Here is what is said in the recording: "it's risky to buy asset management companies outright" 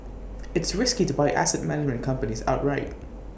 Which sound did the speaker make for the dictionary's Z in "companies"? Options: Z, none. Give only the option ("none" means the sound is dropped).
Z